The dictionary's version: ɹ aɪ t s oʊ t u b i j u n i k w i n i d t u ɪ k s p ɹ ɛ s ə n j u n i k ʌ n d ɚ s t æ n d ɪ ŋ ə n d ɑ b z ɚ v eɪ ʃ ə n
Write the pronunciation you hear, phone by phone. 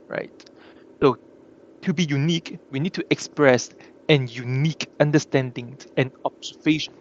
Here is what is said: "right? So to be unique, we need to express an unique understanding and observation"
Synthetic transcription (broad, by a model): ɹ aɪ t s oʊ t u b i j u n i k w i n i d t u ɪ k s p ɹ ɛ s ə n j u n i k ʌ n d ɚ s t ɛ n d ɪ ŋ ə n ɑ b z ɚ v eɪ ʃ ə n